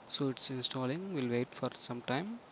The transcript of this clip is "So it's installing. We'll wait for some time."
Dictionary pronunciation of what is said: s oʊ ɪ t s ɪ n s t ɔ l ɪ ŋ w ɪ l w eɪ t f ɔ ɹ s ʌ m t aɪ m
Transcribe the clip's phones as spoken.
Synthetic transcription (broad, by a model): s oʊ ɪ t s ɪ n s t ɔ l ɪ ŋ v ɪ l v eɪ t f ɔ ɹ s ʌ m t aɪ m